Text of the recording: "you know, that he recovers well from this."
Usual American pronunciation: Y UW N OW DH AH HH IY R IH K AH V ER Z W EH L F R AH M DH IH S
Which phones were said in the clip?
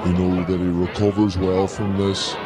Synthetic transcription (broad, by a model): Y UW N OW DH AH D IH R IH K AH V ER Z W EH L F R AH M DH IH S